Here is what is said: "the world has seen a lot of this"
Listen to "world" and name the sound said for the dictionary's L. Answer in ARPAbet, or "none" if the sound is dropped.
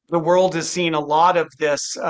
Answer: L